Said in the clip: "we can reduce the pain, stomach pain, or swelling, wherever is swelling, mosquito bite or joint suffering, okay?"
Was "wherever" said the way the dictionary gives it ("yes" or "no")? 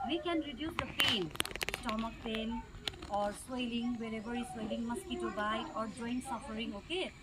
no